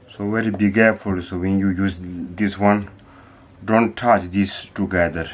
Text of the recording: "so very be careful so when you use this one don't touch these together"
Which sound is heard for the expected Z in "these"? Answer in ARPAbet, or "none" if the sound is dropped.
S